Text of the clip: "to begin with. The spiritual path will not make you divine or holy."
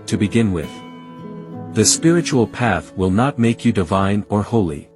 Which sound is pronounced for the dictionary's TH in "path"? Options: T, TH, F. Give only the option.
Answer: TH